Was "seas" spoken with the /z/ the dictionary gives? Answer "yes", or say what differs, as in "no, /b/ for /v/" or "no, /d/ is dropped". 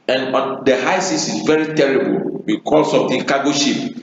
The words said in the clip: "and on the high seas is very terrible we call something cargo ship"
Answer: no, /s/ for /z/